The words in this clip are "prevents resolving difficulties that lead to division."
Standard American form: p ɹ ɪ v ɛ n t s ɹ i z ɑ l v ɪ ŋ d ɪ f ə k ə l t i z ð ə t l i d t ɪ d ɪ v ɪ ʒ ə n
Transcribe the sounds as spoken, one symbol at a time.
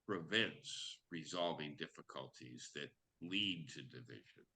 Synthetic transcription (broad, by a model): p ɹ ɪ v ɛ n t s ɹ i z ɑ l v ɪ ŋ d ɪ f ə k ə l t i z ð ə t l i d t ɪ d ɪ v ɪ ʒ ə n